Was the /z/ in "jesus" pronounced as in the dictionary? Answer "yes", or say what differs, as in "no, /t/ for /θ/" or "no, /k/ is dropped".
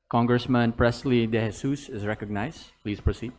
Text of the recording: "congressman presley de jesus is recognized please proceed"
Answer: no, /s/ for /z/